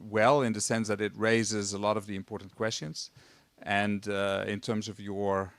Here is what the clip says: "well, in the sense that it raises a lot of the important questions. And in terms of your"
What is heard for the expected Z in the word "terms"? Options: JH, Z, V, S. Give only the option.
Z